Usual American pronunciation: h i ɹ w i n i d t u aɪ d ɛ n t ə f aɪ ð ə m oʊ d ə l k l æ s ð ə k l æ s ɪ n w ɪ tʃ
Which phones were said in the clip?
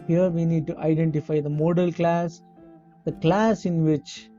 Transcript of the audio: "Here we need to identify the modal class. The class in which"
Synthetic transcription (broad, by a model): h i ɹ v i n i d t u aɪ d ɛ n t ə f aɪ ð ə m oʊ d ə l k l æ s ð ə k l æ s ɪ n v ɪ tʃ